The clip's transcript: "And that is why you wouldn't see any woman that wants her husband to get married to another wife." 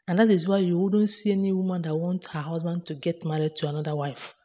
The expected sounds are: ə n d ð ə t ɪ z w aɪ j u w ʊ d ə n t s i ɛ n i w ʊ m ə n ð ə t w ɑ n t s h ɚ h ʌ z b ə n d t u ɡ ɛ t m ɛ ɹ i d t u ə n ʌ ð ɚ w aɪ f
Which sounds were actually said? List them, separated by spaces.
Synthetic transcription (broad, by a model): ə n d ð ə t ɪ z w aɪ j u w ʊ d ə n t s i ɛ n i w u m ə n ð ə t w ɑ n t h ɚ h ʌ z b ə n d t u ɡ ɛ t m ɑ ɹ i d t u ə n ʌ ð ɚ w aɪ f